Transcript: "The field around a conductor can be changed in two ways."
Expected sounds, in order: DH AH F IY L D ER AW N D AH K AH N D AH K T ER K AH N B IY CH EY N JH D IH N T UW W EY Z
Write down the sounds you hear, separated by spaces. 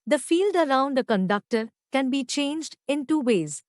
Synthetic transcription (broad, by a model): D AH F IY L D ER AW N D AH K AH N D AH K T ER K AH N B IY CH EY N JH D IH N T UW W EY Z